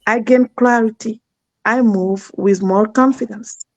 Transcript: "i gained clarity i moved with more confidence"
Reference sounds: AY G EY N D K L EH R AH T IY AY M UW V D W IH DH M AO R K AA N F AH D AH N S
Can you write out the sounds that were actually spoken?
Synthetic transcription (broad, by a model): AY G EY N K L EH R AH T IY AY M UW V W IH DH M AO L K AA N F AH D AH N S